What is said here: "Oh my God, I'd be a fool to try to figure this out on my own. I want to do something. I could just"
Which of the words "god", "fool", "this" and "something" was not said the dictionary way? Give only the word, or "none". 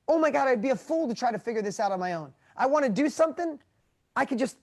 none